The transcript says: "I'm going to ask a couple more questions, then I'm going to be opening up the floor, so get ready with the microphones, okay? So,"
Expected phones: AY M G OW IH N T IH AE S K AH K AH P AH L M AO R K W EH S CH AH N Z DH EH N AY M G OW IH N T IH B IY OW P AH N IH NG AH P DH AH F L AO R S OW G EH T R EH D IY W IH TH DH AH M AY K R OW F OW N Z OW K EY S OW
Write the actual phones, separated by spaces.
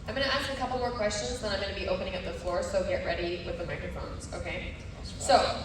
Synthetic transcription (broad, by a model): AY M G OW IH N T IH AE S K AH K AH P L M AO R K W EH S CH AH N Z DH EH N AY M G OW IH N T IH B IY OW P AH N IH NG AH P DH AH F L AO R S OW G EH T R EH D IY W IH DH AH M AY K R OW F OW N Z OW K EY S OW